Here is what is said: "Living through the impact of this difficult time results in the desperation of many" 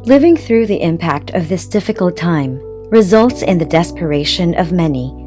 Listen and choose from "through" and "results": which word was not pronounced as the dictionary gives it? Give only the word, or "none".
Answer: none